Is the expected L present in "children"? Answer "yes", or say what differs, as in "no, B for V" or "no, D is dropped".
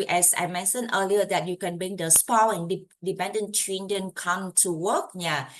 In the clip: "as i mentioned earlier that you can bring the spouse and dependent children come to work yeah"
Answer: no, N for L